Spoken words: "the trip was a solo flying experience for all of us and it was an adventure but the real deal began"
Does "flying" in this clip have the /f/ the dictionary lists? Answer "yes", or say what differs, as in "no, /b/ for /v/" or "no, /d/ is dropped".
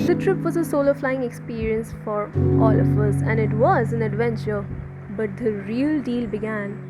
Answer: yes